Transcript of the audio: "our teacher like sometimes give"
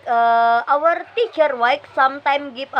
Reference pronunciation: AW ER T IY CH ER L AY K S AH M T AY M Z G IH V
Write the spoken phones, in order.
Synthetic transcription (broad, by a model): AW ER T IY CH ER W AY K S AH M T AY M G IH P